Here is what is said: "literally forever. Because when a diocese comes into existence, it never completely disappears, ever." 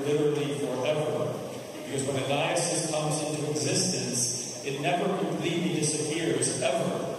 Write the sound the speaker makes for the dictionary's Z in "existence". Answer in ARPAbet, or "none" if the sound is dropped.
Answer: Z